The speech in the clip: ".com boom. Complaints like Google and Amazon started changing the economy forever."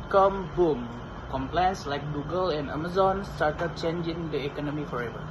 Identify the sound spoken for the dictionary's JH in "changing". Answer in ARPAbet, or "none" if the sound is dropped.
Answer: JH